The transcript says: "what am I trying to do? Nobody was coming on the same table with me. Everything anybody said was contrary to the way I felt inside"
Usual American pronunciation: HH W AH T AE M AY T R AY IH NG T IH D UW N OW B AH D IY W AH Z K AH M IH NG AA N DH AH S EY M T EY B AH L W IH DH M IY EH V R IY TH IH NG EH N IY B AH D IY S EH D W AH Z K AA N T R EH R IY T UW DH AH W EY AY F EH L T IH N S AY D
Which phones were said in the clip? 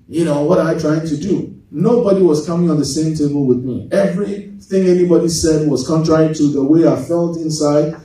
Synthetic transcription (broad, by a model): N W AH T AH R AY T R AY IH NG T IH D UW N OW B AH D IY W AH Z K AH M IH NG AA N DH AH S EY M T EY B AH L W IH DH M IY EH V R IY TH IH NG EH N IY B AH D IY S EH D W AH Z K AA N T R EH R IY T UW DH AH W EY AY F EH L T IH N S AY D